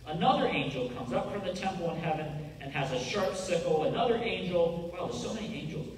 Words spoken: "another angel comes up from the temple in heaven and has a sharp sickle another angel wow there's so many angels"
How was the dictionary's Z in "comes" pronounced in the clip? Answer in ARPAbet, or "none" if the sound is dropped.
Z